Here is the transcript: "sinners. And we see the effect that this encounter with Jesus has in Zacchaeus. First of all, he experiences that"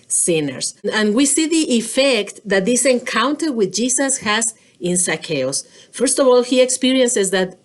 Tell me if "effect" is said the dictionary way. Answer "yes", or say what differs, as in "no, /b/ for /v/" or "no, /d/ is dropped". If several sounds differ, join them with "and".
yes